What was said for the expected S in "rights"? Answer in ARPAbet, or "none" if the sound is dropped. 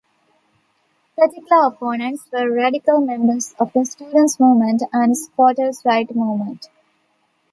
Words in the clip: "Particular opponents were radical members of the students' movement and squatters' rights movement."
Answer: none